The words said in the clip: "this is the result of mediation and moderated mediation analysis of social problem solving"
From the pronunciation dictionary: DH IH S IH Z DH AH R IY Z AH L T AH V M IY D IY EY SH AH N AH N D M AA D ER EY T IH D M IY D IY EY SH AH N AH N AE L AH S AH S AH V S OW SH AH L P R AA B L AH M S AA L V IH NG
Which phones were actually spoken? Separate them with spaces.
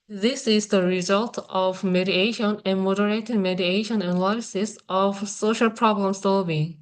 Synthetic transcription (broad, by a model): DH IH S IH Z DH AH R IY Z AH L T AH V M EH D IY EY SH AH N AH N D M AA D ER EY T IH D M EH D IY EY SH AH N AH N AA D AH S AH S AH V S OW SH AH L P R AA B L AH M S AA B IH